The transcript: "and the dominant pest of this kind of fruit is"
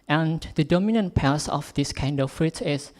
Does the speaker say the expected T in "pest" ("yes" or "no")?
no